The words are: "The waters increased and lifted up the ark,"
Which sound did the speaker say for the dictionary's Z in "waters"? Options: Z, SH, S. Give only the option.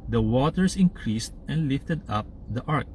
S